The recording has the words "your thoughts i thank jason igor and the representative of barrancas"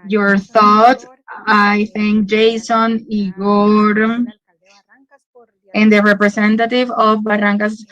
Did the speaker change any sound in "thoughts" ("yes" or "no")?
yes